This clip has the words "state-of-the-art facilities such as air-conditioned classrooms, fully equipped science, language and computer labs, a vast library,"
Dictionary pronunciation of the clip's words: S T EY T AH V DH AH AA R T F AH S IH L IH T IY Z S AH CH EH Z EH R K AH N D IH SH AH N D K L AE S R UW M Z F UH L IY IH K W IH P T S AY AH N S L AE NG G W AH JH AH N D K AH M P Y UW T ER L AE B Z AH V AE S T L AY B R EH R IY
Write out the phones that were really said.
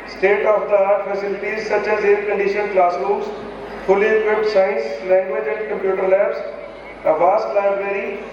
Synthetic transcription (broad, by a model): S T EY T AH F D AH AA R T F AH S IH L IH T IY Z S AH CH EH Z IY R K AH N D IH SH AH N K L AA S L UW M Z F UH L IY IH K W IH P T S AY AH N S L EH NG G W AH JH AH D K AH M P Y UW T ER L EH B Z AH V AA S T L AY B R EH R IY